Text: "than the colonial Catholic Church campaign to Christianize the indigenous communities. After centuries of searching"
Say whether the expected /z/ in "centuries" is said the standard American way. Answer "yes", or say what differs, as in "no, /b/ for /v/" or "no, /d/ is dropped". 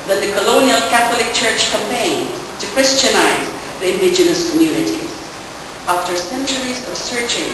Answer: yes